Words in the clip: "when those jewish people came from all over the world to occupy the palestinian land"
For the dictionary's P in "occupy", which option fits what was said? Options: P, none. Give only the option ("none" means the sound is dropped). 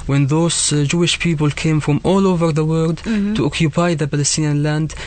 P